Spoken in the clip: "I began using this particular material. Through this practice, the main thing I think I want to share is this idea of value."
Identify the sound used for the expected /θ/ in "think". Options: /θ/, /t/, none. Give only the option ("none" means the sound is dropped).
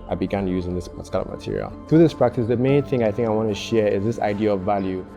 /θ/